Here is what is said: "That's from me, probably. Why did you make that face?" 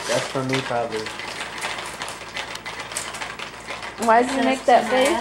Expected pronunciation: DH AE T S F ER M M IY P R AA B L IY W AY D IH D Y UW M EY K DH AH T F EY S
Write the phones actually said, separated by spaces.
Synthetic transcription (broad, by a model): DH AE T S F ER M M IY P R AA B L IY W AY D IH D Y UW M EY K DH AH T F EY